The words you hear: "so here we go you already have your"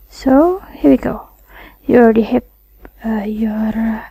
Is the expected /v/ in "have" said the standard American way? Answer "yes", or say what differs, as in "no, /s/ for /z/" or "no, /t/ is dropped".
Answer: no, /p/ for /v/